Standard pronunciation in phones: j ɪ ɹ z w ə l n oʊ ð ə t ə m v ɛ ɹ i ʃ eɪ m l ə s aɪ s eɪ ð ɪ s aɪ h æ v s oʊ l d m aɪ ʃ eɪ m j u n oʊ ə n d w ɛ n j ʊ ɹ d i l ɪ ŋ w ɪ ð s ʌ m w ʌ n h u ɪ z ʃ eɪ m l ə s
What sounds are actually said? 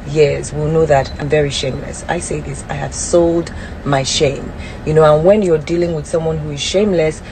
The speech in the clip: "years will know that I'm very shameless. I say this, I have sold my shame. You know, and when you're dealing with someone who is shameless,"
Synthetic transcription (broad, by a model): j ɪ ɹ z w ə l n oʊ ð ə t ə m v ɛ ɹ i ʃ eɪ m l ə s aɪ s eɪ ð ɪ s aɪ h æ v s oʊ l d m aɪ ʃ eɪ m j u n oʊ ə n w ɛ n j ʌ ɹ d i l ɪ ŋ w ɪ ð s ʌ m w ʌ n h u ɪ z ʃ eɪ m l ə s